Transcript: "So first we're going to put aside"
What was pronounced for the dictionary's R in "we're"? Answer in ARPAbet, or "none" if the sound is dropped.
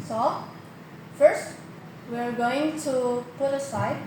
R